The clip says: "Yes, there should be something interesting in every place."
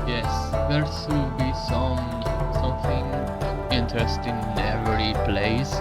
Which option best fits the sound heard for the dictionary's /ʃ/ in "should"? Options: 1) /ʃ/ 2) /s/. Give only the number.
2